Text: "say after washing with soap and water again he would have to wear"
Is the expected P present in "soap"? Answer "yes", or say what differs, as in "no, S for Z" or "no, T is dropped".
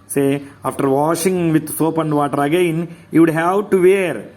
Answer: yes